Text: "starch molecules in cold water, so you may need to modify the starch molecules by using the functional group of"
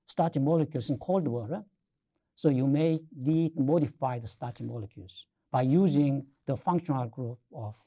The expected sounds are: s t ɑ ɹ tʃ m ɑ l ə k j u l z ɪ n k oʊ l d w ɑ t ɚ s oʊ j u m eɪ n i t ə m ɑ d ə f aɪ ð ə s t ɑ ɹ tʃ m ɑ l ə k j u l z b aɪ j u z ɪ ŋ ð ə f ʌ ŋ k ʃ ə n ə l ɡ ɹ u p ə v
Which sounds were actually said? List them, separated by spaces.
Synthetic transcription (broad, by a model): s t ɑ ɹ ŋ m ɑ l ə k j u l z ɪ n k oʊ l d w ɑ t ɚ s oʊ j u m eɪ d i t m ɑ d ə f aɪ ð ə s t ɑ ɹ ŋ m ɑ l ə k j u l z b aɪ j u z ɪ ŋ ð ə f ʌ ŋ k ʃ ə n ə l ɡ ɹ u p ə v